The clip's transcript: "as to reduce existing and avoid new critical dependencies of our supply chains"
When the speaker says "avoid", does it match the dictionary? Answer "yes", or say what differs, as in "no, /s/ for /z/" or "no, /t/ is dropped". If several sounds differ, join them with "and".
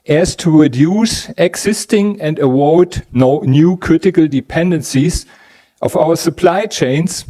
no, /w/ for /v/